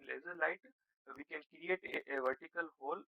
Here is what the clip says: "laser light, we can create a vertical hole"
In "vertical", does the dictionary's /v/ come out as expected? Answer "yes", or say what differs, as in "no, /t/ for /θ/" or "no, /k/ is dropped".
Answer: yes